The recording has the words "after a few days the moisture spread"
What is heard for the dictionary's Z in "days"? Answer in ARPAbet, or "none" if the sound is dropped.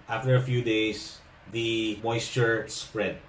S